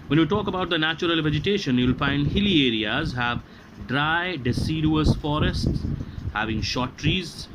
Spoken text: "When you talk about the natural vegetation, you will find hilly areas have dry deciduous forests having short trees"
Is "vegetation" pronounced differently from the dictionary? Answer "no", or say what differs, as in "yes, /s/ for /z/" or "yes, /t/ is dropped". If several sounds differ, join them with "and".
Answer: no